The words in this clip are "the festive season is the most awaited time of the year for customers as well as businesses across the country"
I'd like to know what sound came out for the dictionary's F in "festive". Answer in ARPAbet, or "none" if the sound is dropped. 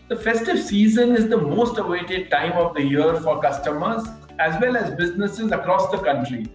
F